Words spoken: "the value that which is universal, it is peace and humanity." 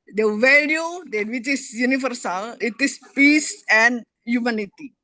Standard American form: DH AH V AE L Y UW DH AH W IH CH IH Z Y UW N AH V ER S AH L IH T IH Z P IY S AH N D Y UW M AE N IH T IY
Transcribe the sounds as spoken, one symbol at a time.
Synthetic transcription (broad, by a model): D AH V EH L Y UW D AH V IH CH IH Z Y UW N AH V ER S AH L IH T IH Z P IY S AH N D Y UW M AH N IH T IY